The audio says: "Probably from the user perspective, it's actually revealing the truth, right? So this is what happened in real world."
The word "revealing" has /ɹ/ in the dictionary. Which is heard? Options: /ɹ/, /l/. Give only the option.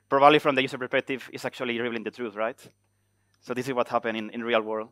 /l/